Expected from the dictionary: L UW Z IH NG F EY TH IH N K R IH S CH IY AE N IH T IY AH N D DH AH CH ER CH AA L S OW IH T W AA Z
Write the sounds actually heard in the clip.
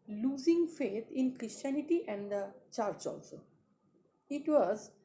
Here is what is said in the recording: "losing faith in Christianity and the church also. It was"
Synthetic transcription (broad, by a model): L UW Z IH NG F EY T IH N K R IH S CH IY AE N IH T IY AH N D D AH CH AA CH AA L S OW IH T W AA Z